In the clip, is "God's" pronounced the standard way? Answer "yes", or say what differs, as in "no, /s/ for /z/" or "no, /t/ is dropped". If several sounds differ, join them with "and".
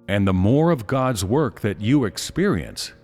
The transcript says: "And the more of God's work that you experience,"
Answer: yes